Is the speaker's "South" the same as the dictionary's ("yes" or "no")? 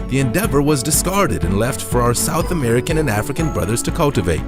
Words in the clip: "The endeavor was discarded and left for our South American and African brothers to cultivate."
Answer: yes